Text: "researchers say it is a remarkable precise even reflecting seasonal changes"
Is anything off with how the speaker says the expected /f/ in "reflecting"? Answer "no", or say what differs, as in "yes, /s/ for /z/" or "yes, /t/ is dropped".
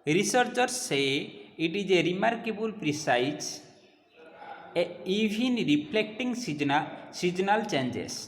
yes, /p/ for /f/